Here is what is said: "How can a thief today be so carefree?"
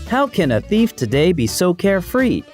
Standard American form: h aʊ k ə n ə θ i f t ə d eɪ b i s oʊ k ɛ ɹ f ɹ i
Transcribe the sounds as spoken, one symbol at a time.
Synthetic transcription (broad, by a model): h aʊ k ə n ə θ i f t ə d eɪ b i s oʊ k ɛ ɹ f ɹ i